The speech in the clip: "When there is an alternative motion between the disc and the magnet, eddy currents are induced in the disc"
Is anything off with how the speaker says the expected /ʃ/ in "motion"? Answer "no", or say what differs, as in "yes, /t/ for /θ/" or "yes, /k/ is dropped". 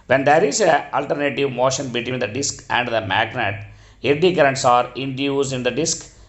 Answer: no